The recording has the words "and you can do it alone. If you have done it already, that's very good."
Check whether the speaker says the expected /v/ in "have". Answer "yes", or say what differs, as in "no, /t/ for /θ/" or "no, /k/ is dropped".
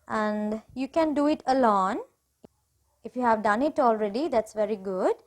yes